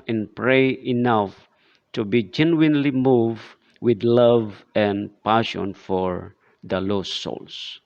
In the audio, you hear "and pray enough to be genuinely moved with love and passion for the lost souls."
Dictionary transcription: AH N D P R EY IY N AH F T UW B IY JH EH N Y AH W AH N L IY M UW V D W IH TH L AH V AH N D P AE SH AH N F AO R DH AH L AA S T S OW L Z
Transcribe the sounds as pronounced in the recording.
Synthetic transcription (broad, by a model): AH N P R EY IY N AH F T UW B IY JH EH N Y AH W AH N L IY M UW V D W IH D L AH V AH N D P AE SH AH N F AO R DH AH L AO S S OW L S